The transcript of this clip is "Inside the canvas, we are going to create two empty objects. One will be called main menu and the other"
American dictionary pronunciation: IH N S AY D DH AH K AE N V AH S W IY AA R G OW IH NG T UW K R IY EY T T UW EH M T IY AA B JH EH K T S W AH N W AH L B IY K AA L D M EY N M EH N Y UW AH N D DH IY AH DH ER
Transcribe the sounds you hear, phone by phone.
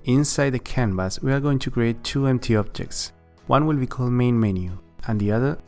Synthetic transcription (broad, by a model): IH N S AY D DH AH K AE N B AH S W IY AA R G OW IH NG T UW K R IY EY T T UW EH M T IY AA B JH EH K T S W AH N W AH L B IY K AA L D M EY N M EH N Y UW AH N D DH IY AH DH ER